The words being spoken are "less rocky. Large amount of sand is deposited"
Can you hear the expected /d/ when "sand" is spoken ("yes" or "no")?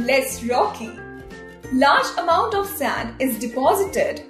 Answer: yes